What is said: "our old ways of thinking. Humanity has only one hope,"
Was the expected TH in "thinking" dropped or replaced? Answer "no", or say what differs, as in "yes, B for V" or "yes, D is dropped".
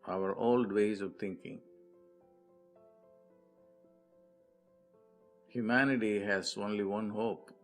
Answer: yes, T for TH